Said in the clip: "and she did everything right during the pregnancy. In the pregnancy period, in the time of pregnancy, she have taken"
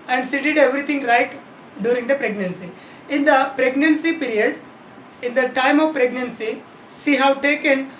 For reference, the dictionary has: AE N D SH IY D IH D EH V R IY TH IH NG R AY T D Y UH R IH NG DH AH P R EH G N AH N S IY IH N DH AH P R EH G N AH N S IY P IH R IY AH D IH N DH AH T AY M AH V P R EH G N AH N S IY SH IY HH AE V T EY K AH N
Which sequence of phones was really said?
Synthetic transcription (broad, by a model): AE N D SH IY D IH D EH V R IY T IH NG R AY T D Y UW R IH NG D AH P R EH G N AH N S IY IH N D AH P R EH G N AH N S IY P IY R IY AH D IH N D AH T AY M AH V P R EH G N AH N S IY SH IY HH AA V T EY K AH N